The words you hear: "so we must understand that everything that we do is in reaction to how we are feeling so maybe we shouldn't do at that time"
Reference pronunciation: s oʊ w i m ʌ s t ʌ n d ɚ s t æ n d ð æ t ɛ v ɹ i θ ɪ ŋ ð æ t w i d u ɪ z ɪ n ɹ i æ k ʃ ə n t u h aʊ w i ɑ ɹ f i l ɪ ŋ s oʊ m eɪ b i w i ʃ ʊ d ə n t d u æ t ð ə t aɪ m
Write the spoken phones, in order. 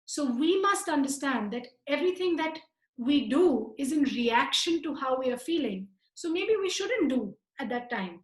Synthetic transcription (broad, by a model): s oʊ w i m ʌ s t ʌ n d ɚ s t æ n d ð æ t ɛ v ɹ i t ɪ ŋ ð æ t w i d u ɪ z ɪ n ɹ i æ k ʃ ə n t u h aʊ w i ɑ ɹ f i l ɪ ŋ s oʊ m eɪ b i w i ʃ ʊ d ə n t d u æ t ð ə t aɪ m